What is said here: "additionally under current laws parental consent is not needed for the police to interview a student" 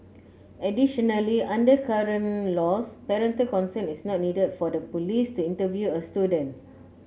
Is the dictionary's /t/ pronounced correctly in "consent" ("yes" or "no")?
no